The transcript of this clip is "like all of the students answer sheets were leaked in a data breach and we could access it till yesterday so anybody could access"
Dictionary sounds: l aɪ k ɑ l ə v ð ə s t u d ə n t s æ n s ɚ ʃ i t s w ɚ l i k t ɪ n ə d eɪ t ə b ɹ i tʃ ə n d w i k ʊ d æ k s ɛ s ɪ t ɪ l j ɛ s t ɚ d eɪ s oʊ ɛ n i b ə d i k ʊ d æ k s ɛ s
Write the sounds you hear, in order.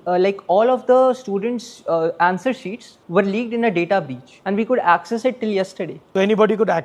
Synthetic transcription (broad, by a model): l aɪ k ɑ l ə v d ə s t u d ə n t s æ n s ɚ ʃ i t s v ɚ l i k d ɪ n ə d eɪ t ə b i tʃ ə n d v i k ʊ d æ k s ɛ s ɪ t ɪ l j ɛ s t ɚ d eɪ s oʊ ɛ n i b ə d i k ʊ d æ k